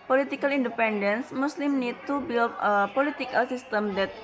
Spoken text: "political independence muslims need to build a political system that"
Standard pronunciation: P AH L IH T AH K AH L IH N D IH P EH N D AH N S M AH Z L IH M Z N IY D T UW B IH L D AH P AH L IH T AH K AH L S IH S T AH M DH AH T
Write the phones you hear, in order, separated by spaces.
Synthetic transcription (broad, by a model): P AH L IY T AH K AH L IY N D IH P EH N D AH N S M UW S L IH M N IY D T UW B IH L AH P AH L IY T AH K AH L S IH S T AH M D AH T